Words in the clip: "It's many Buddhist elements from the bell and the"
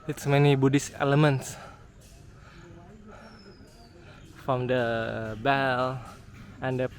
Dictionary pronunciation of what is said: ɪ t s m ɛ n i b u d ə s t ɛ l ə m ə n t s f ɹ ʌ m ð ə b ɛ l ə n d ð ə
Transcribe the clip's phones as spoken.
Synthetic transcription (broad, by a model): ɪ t s m ɛ n i b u d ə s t ɛ l ə m ə n t s f ɹ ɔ m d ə b ɛ l ə n d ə